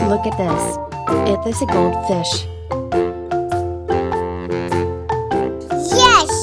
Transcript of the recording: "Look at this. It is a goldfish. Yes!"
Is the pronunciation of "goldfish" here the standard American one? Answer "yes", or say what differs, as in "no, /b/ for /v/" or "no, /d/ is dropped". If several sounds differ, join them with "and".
yes